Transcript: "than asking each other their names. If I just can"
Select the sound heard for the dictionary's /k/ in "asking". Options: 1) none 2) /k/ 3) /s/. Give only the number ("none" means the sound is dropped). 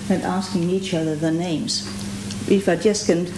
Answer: 2